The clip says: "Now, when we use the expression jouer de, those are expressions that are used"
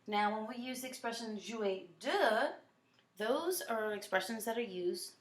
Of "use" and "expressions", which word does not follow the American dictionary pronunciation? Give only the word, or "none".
none